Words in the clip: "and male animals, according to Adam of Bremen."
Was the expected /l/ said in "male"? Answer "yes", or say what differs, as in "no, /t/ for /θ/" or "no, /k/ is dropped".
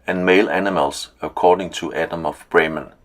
yes